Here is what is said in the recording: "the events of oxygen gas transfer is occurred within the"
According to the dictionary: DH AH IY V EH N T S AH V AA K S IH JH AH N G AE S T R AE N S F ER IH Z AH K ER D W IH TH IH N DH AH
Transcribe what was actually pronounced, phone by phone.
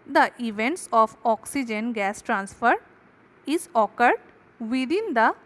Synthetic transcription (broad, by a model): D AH IY V EH N T S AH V AA K S IH JH AH N G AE S T R AE N S F ER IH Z AH K ER D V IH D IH N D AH